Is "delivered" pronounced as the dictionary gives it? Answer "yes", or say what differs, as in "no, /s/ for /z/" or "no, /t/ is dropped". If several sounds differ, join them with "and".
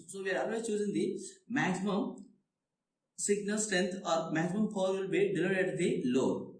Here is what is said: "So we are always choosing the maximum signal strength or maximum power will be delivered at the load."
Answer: no, /v/ is dropped